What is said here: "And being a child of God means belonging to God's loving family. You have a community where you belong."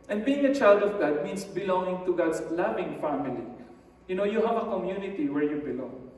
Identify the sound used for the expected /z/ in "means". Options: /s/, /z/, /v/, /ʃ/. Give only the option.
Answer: /s/